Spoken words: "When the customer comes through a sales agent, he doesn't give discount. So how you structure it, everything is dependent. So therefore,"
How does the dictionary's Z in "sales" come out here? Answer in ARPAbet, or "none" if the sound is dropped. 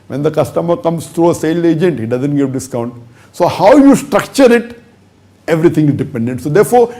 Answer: none